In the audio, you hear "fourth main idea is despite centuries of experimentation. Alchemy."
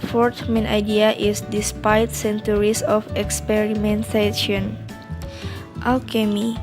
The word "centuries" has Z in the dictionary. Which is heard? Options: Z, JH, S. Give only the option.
S